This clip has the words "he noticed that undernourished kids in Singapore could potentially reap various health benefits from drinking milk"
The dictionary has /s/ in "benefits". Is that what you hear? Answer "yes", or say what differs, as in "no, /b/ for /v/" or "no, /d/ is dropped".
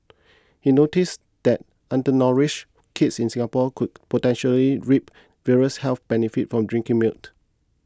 no, /s/ is dropped